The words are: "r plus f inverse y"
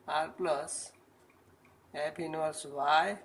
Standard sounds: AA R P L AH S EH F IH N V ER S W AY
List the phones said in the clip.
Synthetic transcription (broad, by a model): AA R P L AH S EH P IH N ER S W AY